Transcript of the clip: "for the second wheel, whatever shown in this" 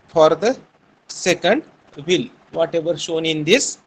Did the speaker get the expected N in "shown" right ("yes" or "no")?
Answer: yes